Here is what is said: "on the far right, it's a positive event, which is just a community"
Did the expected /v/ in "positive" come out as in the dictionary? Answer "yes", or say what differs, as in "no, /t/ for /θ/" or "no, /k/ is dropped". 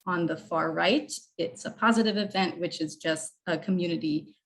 yes